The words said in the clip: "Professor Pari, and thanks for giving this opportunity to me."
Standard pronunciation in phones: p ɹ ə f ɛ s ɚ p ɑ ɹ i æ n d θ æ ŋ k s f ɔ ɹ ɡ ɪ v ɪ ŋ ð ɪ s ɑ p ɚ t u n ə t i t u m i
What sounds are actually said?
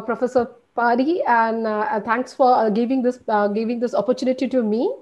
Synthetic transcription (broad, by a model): p ɹ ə f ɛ s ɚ p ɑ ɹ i æ n d t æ ŋ k s f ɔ ɹ ɡ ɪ v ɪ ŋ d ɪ s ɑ p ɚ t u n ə t i t u m i